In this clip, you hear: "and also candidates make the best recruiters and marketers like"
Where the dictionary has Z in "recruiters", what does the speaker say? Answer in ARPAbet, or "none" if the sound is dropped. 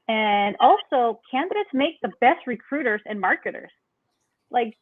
Z